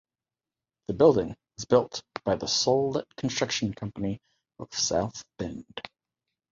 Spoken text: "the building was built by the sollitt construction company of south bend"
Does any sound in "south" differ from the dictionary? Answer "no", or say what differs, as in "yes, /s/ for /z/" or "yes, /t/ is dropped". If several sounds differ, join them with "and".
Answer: no